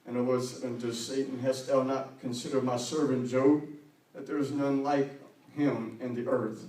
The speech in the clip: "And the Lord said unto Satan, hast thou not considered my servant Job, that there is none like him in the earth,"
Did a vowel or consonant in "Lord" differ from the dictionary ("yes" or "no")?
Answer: yes